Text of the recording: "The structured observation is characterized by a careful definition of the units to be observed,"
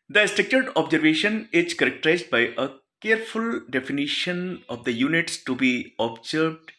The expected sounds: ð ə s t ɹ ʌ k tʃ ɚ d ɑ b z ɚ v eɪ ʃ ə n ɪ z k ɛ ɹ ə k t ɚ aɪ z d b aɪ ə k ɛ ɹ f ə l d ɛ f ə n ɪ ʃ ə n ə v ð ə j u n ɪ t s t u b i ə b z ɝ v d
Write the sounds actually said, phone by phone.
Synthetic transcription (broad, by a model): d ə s t ɛ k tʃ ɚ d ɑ b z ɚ v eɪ ʃ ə n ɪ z k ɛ ɹ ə k t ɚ aɪ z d b aɪ ə k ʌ ɹ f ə l d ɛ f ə n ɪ ʃ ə n ə v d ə j u n ɪ t s t u b i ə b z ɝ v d